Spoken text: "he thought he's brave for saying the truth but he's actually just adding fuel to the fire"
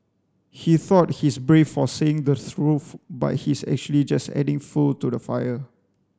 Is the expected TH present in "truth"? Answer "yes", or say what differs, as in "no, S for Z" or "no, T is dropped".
no, F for TH